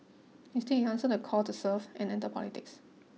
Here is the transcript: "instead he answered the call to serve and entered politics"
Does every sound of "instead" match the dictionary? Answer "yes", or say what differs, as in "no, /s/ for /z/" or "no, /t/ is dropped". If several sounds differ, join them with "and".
no, /n/ is dropped